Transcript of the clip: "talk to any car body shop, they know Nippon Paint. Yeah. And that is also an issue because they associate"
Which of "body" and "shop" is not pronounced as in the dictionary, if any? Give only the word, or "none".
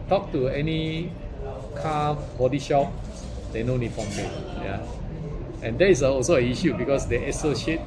none